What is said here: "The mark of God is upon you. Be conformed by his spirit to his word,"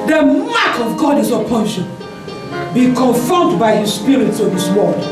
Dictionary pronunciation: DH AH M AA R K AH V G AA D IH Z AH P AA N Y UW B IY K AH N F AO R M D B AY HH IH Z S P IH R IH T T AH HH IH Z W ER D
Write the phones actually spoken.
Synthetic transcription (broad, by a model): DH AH M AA K AH V G AA D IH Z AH P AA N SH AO B IY K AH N F R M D B AY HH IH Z S P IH R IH T S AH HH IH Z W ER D